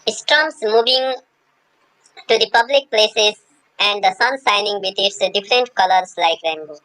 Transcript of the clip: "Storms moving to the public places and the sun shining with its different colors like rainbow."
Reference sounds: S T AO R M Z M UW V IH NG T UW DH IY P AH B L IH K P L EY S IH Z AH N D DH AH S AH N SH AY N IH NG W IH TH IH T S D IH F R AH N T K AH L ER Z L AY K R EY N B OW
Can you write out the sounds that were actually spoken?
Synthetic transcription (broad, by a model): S T R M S M UW V IH NG T UW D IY P AH B L IH K P L EY S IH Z AH N D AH S AH N S AY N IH NG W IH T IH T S D IH F R AH N T K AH L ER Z L AY K R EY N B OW